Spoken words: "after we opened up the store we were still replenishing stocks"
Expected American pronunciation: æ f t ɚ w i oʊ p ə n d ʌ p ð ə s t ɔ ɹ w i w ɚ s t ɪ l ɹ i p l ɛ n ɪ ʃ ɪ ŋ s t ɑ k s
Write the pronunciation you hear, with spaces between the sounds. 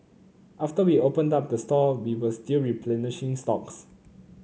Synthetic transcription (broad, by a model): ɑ f t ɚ w i oʊ p ə n d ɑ p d ə s t ɔ w i w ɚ s t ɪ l ɹ i p l ɛ n ɪ ʃ ɪ ŋ s t ɑ k s